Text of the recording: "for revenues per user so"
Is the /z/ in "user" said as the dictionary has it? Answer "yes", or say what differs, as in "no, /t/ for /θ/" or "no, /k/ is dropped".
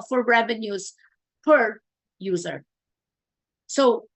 yes